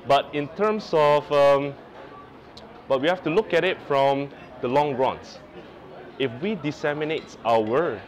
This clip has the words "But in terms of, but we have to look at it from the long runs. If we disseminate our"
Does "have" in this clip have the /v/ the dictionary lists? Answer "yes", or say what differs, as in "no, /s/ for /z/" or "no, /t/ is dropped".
no, /f/ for /v/